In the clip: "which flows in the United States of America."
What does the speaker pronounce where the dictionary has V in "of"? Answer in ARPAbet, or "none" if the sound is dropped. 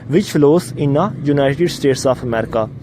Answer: P